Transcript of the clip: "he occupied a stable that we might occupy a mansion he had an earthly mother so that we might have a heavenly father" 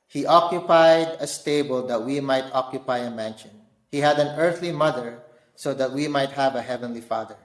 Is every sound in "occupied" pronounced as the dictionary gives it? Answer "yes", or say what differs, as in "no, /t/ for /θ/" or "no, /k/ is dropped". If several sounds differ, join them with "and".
yes